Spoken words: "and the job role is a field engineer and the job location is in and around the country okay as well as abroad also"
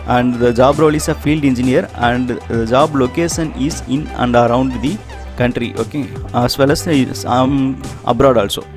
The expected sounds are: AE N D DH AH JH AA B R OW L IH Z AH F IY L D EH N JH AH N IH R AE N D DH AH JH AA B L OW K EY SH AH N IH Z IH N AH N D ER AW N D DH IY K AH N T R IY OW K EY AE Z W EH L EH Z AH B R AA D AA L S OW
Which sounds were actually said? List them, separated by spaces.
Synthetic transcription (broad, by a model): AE N D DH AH JH AA B R OW L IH S AH F IY L D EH N JH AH N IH R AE N D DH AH JH AA B L OW K EY SH AH N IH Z IH N AH N D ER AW N D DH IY K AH N T R IY OW K EY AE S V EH L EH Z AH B R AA D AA L S OW